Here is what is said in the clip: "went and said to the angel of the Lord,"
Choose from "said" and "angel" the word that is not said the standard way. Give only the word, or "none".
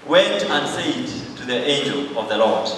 none